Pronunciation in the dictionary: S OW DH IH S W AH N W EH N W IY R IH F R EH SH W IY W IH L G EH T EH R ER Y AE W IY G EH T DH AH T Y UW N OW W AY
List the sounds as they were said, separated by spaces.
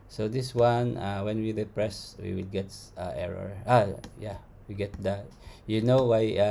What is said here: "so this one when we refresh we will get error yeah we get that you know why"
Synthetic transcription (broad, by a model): S OW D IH S W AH N W EH N W IY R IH P R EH S W IY W IH L G EH T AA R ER Y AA W IY G EH T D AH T Y UW N OW W AY